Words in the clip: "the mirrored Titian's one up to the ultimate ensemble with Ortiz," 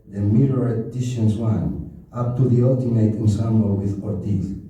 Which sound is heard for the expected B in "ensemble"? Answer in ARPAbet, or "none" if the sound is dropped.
none